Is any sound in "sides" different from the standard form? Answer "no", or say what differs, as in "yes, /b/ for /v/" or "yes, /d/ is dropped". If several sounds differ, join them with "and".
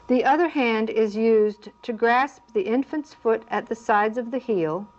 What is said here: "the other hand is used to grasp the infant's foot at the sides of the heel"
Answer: no